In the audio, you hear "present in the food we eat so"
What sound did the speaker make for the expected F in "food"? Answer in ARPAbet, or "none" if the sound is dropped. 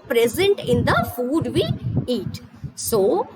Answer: F